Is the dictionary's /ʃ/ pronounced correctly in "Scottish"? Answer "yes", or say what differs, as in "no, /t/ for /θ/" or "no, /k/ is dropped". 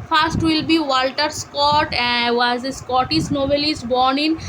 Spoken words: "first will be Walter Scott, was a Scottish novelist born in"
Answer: no, /s/ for /ʃ/